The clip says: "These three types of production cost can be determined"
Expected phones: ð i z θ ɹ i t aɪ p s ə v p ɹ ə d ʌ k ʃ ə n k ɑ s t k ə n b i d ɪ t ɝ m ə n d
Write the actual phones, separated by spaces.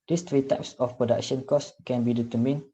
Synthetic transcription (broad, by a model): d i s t ɹ i t aɪ p s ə f p ɹ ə d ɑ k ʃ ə n k ɑ s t k ə n b i d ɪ t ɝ m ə n